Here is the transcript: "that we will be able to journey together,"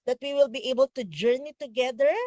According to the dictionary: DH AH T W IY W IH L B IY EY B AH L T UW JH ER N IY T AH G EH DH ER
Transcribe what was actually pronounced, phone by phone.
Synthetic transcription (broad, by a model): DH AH T W IY W IH L B IY EY B AH L T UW JH ER N IY T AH G EH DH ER